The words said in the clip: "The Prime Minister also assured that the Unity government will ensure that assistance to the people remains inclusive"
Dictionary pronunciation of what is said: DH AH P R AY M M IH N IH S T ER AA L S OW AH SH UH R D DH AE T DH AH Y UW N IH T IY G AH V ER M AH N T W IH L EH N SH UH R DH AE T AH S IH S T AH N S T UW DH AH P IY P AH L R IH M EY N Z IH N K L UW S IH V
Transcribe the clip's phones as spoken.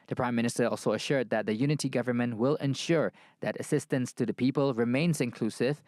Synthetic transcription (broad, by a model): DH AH P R AY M M IH N IH S T ER AA L S OW AH SH UH R D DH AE T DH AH Y UW N IH T IY G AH V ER M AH N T W IH L EH N SH UH R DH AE T AH S IH S T AH N S T UW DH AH P IY P AH L R IH M EY N Z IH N K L UW S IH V